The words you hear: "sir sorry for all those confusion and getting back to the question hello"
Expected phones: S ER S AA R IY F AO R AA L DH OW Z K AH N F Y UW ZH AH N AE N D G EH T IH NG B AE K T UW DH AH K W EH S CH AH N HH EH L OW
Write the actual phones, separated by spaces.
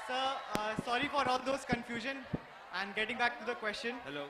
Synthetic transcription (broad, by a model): S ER S AA R IY F AO R AA L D OW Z K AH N F Y UW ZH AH N AE N D G EH T IH NG B AE K T UW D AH K W EH S CH AH N HH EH L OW